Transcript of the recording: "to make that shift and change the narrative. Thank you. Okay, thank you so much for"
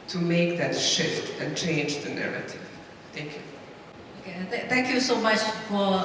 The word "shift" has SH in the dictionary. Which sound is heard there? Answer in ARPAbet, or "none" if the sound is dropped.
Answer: SH